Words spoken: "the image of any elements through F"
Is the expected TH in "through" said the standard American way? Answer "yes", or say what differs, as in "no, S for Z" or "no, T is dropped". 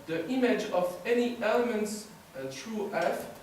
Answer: no, T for TH